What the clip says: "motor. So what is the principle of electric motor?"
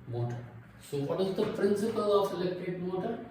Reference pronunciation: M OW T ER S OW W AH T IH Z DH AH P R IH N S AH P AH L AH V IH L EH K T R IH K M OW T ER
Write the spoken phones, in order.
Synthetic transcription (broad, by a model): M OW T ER S OW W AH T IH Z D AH P R IH N S AH P AH L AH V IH L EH K T IH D M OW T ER